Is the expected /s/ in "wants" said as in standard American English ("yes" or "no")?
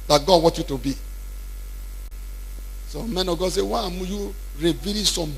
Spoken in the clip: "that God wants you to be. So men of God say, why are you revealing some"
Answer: no